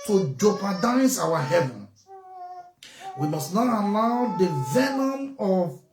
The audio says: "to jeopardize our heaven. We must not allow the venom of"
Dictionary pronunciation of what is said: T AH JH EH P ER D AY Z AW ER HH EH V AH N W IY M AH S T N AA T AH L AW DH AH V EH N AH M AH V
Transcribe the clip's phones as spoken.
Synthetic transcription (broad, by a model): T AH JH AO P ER D AY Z AW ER HH EH V AH N W IY M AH S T N AA T AH L AW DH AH V EH N AH M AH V